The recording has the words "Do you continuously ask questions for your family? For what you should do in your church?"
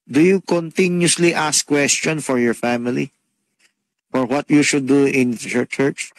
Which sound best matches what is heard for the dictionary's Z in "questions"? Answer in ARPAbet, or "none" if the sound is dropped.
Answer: none